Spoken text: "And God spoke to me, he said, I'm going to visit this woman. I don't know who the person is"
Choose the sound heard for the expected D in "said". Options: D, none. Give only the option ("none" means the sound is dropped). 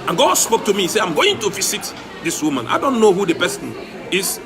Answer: none